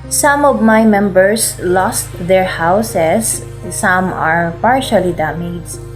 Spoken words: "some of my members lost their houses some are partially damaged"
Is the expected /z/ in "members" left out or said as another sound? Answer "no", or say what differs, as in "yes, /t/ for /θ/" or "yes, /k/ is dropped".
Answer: yes, /s/ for /z/